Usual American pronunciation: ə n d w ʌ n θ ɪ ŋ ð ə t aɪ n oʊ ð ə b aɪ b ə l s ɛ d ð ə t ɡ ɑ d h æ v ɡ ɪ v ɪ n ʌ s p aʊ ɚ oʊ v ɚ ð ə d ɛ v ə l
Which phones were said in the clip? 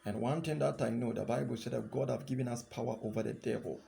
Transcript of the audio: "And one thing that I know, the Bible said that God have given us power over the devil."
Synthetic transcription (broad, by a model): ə n w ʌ n t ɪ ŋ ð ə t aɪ n oʊ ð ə b aɪ b ə l s ɛ d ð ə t ɡ ɑ d h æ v ɡ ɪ v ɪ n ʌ s p aʊ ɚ oʊ v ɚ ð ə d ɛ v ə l